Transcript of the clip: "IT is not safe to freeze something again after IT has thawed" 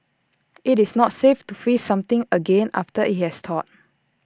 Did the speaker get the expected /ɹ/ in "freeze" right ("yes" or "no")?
no